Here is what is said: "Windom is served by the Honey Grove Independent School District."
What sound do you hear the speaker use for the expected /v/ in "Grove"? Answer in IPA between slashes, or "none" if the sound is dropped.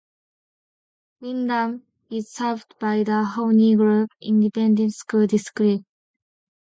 /p/